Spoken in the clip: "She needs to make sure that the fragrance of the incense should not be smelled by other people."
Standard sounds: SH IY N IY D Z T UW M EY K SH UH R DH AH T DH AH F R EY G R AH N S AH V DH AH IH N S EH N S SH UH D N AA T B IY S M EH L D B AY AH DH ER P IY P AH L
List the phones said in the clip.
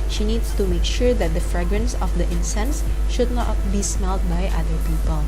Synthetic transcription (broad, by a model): SH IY N IY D S T UW M EY K SH UH R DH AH T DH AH F R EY G R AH N S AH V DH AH IH N S EH N S SH UH D N AA T B IY S M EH L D B AY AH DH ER P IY P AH L